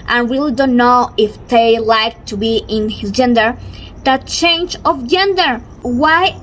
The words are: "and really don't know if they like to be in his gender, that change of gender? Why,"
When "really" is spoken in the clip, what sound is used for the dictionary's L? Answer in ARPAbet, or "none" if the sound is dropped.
L